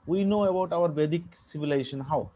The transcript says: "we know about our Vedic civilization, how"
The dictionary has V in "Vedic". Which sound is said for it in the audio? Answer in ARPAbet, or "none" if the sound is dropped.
B